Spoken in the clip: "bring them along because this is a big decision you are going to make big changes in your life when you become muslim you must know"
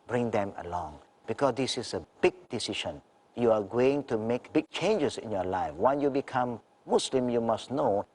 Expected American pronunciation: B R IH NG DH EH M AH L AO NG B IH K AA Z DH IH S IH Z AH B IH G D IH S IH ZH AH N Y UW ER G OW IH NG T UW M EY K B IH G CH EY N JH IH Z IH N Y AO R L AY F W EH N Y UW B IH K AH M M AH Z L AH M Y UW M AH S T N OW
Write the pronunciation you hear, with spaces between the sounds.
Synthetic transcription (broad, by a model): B R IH NG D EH M AH L AO NG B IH K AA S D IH S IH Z AH B IH G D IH S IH SH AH N Y UW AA G OW IH NG T UW M EY K B IH G CH EY N JH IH S IH N Y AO L AY F W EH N Y UW B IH K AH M M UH S L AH M Y UW M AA S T N OW